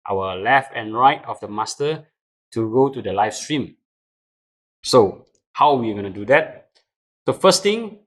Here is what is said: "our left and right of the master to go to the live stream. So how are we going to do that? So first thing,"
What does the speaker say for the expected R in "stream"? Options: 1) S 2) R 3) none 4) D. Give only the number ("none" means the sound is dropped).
2